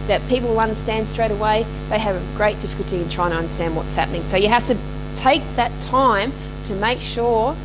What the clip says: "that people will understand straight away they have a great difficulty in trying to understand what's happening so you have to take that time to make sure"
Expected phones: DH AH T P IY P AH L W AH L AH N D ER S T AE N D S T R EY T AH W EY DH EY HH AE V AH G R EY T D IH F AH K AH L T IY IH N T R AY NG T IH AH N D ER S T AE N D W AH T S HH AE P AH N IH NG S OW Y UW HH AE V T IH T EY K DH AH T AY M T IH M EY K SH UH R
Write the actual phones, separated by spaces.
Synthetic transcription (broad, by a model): DH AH T P IY P L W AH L AH N D ER S T AE N D S T R EY T AH W EY DH EY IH V AH G R EY T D IH F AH K L T IY IH N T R AY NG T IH AH N D ER S T AE N D W AH T S HH AE P AH N IH NG S OW Y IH HH AE F T IH T EY K DH AH T AY M T IH M EY K SH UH R